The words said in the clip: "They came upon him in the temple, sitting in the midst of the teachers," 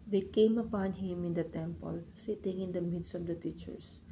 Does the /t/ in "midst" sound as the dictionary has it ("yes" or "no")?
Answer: yes